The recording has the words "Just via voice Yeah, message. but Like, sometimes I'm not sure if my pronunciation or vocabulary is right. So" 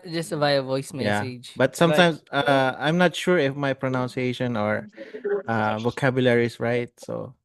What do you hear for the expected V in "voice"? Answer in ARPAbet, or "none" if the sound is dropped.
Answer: V